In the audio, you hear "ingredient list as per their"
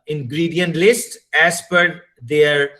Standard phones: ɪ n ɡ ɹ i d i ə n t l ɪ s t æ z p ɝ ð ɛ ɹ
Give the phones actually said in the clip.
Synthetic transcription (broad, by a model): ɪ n ɡ ɹ i d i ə n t l ɪ s t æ s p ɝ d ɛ ɹ